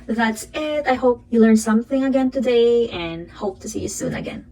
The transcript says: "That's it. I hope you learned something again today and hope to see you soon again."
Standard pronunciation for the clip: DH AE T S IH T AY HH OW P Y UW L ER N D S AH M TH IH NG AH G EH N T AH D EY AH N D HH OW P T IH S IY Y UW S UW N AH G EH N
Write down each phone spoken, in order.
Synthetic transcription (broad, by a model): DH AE T S IH T AY HH OW P Y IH L ER N S AH M TH IH NG AH G EH N T AH D EY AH N HH OW P T IH S IY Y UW S UW N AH G EH N